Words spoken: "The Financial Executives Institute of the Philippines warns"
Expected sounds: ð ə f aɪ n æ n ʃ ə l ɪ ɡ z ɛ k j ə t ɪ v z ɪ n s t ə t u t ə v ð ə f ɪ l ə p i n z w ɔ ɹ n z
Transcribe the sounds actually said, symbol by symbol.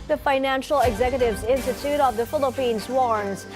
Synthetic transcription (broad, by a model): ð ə f aɪ n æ n ʃ l ɪ ɡ z ɛ k j ə t ɪ v z ɪ n s t ə t u t ə v ð ə f ɪ l ə p i n z w ɔ ɹ n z